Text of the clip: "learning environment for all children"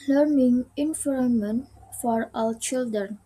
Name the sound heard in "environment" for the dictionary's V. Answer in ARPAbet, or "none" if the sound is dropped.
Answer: F